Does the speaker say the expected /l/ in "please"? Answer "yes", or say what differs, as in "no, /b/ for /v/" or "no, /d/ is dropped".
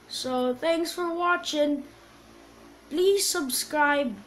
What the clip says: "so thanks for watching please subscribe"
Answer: yes